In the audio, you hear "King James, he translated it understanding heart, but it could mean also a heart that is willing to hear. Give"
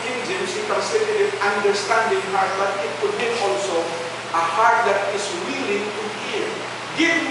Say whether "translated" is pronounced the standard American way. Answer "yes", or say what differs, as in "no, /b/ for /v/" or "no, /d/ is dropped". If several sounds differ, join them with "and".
no, /l/ is dropped